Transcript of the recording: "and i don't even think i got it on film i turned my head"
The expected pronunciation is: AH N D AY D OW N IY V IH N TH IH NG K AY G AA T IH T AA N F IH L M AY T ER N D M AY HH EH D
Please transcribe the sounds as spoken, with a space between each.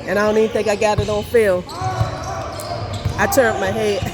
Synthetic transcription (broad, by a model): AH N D AY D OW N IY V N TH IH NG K AY G AA T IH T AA L F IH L AY T ER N M AY HH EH